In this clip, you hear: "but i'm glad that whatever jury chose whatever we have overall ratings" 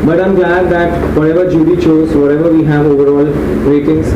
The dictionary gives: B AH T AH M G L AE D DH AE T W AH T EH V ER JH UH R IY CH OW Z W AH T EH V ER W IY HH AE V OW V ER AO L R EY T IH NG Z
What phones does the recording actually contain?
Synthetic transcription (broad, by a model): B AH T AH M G AE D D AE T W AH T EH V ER JH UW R IY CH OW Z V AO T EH V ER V IY HH AE V OW V ER AO L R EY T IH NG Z